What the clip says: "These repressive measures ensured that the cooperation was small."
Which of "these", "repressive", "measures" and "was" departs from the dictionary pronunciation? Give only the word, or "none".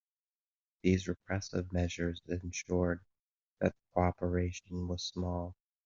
none